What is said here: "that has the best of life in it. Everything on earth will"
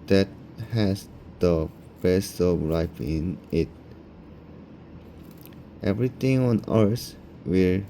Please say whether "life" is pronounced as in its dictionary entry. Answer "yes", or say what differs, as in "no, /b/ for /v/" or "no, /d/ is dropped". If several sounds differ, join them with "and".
no, /p/ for /f/